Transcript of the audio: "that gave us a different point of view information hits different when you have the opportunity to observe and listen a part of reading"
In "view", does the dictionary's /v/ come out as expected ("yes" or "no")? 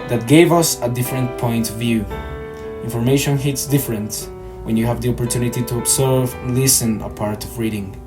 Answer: yes